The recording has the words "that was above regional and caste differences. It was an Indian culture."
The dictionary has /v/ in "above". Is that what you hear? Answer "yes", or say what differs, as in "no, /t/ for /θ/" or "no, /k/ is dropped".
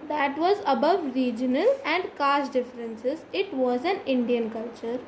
yes